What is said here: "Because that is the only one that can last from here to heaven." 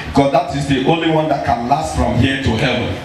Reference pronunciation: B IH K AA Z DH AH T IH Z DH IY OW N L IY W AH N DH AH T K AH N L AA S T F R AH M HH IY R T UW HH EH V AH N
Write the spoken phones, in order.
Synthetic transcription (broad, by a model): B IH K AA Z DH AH T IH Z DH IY OW N L IY W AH N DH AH T K AH N L AA S T F R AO M HH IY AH T UW HH EH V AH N